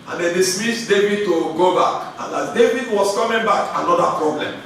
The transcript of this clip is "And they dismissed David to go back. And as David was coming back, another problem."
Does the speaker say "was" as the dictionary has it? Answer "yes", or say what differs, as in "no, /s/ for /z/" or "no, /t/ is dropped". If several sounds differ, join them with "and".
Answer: no, /s/ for /z/